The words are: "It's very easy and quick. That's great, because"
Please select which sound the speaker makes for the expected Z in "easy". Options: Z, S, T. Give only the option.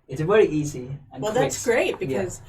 Z